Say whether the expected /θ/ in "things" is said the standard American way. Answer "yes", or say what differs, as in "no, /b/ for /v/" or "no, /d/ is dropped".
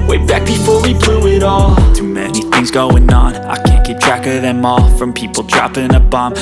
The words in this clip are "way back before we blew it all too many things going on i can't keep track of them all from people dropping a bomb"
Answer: yes